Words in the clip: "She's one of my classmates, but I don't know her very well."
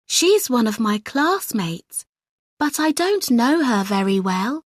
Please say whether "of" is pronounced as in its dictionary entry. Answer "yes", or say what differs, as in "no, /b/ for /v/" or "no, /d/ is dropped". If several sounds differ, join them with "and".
yes